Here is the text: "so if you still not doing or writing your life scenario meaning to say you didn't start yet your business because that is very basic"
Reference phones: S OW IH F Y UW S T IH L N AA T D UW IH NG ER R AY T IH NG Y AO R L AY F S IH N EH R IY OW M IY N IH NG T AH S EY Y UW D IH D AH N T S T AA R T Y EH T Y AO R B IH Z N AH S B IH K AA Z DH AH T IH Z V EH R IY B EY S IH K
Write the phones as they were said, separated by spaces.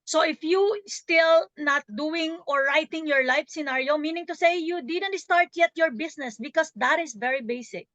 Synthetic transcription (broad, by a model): S OW IH F Y UW S T IH L N AA T D UW IH NG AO R AY T IH NG Y AO R L AY F S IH N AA R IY OW M IY N IH NG T AH S EY Y UW D IH D AH N T S T AA R T Y EH T Y AO R B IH S N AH S B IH K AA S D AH T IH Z V EH R IY B EY S IH K